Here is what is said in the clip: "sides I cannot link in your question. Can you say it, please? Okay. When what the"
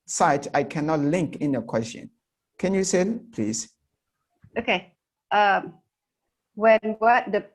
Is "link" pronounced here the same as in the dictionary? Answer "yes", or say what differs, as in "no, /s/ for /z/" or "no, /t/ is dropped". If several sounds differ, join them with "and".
yes